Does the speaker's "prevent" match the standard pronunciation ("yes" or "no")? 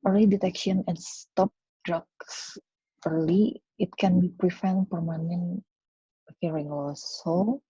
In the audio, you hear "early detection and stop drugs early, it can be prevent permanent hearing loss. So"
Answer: no